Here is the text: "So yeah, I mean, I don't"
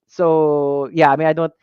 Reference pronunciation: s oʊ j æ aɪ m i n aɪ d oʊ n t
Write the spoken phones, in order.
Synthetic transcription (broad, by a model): s oʊ j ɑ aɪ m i aɪ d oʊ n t